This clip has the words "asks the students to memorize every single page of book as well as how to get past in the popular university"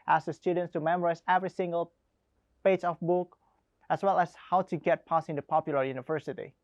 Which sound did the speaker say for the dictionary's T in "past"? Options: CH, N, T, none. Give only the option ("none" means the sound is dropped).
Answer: none